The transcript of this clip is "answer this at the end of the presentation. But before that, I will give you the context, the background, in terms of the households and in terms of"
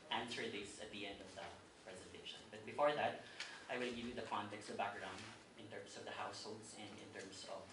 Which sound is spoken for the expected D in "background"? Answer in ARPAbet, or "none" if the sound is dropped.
none